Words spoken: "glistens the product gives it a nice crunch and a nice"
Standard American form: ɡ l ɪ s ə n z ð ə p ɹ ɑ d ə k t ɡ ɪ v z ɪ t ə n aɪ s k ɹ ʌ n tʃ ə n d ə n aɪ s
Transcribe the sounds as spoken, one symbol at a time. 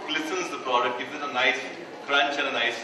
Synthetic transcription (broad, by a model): l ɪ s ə n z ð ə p ɹ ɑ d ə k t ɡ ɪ z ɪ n ə n aɪ s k ɹ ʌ n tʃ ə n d ə n aɪ s